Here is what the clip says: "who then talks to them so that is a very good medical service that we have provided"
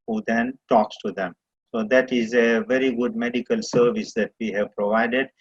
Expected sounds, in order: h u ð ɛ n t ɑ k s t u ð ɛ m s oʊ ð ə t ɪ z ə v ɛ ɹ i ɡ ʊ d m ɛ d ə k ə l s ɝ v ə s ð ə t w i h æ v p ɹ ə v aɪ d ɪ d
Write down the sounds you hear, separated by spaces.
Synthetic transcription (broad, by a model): h u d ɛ n t ɑ k s t u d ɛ m s oʊ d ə t ɪ z ə v ɛ ɹ i ɡ ʊ d m ɛ d ə k ə l s ɝ v ə s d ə t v i h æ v p ɹ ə v aɪ d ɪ d